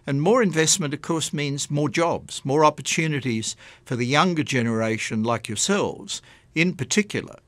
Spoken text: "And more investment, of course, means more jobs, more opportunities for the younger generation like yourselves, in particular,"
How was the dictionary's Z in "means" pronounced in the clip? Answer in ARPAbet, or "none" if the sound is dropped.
Z